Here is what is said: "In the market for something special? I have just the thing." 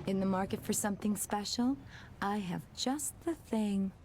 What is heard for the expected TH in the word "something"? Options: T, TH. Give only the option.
TH